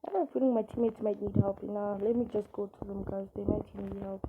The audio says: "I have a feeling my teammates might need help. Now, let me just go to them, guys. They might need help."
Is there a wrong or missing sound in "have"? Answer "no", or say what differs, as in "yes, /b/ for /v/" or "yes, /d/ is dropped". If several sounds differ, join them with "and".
yes, /p/ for /v/